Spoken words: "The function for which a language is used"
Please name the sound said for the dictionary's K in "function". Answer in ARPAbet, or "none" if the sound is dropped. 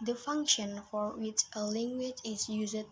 K